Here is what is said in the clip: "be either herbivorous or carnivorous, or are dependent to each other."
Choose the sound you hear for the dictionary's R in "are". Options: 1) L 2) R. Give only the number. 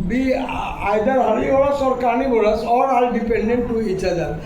1